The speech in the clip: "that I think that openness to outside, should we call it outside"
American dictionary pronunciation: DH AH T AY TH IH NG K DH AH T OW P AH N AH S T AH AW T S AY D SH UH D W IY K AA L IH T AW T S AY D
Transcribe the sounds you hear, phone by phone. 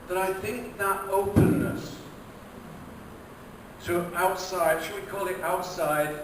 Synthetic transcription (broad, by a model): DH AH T AY TH IH NG K DH AH T OW P AH N AH S T AH AW T S AY D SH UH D W IY K AA L IH T AW T S AY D